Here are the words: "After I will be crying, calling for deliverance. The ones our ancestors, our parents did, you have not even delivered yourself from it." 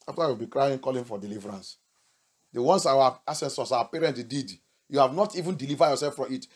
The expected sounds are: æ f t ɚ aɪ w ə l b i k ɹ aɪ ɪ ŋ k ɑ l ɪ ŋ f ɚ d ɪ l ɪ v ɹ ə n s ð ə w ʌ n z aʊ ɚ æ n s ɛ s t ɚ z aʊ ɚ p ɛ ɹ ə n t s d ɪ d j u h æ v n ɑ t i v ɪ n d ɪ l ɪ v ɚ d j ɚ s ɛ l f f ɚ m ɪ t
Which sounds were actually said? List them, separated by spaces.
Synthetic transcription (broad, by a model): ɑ f t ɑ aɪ w ə l b i k ɹ aɪ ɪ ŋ k ɑ l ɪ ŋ f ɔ d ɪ l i v ɹ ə n s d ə w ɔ n s aʊ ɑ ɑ s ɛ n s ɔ s aʊ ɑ p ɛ ɹ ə n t d ɪ d j u h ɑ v n ɑ t i v ɪ n d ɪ l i v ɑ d j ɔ s ɛ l f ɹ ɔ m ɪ t